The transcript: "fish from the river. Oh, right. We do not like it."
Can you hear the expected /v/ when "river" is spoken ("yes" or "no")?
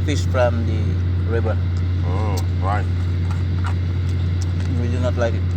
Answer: no